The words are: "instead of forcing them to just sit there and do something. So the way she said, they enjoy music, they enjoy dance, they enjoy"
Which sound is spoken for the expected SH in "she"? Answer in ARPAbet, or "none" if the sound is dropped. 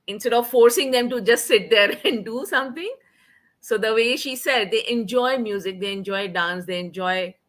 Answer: SH